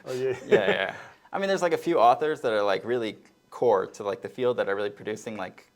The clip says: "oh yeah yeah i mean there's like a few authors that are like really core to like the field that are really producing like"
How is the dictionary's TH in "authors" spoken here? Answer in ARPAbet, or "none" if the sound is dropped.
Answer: TH